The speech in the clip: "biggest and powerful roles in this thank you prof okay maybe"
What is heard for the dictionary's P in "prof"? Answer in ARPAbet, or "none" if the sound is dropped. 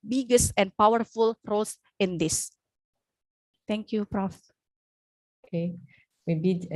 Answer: P